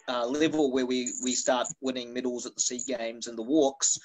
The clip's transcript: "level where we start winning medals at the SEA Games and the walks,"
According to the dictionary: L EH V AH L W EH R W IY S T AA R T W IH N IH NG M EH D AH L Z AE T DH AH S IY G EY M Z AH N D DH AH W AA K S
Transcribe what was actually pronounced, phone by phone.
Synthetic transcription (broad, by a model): L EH V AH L W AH R W IY S T AA R T W IH N IH NG M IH D L Z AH T DH AH S IY G EY M Z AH N DH AH W AA K S